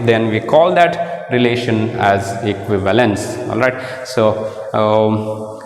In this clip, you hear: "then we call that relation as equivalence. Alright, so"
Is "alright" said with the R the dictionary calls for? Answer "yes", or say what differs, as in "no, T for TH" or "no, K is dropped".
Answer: yes